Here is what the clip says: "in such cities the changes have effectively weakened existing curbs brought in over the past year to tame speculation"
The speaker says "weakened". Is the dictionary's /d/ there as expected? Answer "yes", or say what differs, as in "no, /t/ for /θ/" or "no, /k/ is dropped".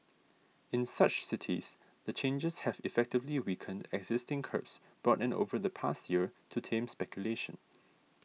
yes